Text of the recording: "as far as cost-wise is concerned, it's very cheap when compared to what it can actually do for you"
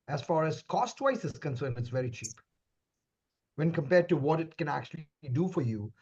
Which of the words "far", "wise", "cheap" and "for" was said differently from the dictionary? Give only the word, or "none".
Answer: wise